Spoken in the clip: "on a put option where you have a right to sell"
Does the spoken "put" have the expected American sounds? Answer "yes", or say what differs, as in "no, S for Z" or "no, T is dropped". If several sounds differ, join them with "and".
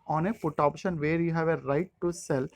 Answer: no, F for P